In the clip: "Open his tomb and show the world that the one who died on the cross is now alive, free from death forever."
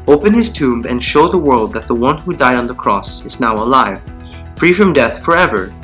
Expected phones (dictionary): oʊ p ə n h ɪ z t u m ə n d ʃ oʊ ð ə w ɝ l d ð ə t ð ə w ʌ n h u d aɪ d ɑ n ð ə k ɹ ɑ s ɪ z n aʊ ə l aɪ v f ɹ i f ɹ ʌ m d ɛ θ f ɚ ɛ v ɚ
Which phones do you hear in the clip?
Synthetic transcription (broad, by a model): oʊ p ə n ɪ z t u m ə n ʃ oʊ ð ə w ɝ l d ð ə t ð ə w ʌ n h u d aɪ d n ð ə k ɹ ɑ s ɪ z n aʊ ə l aɪ v f ɹ i f ɹ ʌ m d ɛ θ f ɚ ɛ v ɚ